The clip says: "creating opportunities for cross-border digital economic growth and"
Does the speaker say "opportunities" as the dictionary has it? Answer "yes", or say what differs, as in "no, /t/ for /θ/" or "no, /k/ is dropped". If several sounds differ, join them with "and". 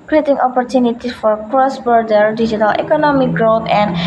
no, /z/ is dropped